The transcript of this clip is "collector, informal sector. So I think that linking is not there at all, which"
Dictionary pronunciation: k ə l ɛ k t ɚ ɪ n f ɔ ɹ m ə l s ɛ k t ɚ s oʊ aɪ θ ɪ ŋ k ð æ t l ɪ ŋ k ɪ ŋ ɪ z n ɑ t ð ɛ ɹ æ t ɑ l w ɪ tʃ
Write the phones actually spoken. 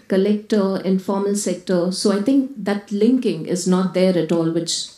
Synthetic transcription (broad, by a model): k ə l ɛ k t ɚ ɪ n f ɔ ɹ m ə l s ɛ k t ɚ s oʊ aɪ t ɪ ŋ k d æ t l ɪ ŋ k ɪ ŋ ɪ z n ɑ t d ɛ ɹ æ t ɑ l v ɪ tʃ